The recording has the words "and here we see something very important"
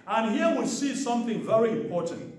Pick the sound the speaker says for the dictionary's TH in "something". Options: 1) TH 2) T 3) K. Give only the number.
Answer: 1